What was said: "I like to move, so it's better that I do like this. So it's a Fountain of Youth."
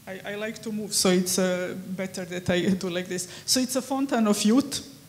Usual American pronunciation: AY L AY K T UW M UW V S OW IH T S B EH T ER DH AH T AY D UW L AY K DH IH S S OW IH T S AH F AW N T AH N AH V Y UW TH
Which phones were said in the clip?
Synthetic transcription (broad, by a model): AY L AY K T UW M UW V S OW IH T S B EH T ER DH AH T AY D UW L AY K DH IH S S OW IH T S AH F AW N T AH N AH F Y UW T